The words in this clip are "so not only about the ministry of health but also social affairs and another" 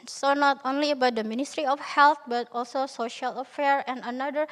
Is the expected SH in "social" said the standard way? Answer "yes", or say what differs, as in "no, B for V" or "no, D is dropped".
yes